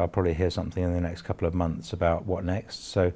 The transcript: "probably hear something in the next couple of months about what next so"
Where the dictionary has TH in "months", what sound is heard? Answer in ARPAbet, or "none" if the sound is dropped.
TH